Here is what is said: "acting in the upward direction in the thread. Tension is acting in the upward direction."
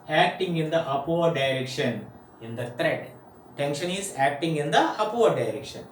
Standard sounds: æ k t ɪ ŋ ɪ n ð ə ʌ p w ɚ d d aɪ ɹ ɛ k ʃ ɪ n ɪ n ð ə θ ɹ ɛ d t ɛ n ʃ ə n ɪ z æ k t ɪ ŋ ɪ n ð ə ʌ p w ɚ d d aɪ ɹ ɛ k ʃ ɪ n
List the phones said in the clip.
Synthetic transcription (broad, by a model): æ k t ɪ ŋ ɪ n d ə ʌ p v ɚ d d aɪ ɹ ɛ k ʃ ɪ n ɪ n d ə t ɹ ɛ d t ɛ n ʃ ə n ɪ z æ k t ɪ ŋ ɪ n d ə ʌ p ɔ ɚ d d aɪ ɹ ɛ k ʃ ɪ n